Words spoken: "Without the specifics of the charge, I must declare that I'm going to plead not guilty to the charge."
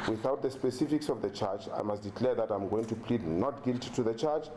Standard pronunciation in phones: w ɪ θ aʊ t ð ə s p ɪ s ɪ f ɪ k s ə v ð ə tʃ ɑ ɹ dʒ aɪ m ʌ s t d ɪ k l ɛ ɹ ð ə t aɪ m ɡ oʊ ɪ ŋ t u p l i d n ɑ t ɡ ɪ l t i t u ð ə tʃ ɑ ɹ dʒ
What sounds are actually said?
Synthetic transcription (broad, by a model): w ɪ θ aʊ t ð ə s p ɪ s ɪ f ɪ k s ə v ð ə tʃ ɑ ɹ tʃ aɪ m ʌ s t d ɪ k l ɛ ɹ ð ə t aɪ m ɡ oʊ ɪ ŋ t u p l i d n ɑ t ɡ ɪ l t i t u ð ə tʃ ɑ ɹ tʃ